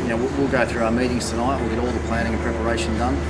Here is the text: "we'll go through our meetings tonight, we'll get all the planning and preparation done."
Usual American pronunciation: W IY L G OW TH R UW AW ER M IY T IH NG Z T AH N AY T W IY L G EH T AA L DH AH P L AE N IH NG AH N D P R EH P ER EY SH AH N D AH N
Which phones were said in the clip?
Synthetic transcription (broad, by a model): W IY L G OW TH R UW AW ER M IY T IH NG Z T AH N AY T W IY L G EH T AA L DH AH P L AE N IH NG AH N P R EH P ER EY SH AH N D AH N